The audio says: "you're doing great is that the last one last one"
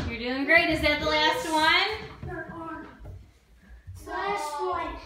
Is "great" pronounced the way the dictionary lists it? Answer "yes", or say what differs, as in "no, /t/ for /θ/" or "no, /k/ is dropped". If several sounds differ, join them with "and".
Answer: yes